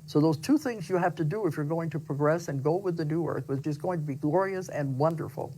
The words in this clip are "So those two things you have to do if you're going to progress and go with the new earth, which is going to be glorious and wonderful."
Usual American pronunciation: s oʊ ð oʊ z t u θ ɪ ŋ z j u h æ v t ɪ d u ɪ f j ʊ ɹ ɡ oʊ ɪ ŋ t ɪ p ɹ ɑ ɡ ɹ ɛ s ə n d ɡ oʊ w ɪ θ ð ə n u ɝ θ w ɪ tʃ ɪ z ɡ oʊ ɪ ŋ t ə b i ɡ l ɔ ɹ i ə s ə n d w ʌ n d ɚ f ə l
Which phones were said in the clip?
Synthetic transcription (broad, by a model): s oʊ ð oʊ z t u θ ɪ ŋ z j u h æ f t ɪ d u ɪ f j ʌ ɹ ɡ oʊ ɪ ŋ t ɪ p ɹ ɑ ɡ ɹ ɛ s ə n ɡ oʊ w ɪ ð ə n u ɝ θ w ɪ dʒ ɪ s ɡ oʊ ɪ ŋ t ə b i ɡ l ɔ ɹ i ə s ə n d w ʌ n d ɚ f l